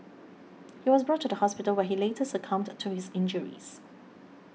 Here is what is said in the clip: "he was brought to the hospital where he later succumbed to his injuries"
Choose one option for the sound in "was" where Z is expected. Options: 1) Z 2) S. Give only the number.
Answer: 1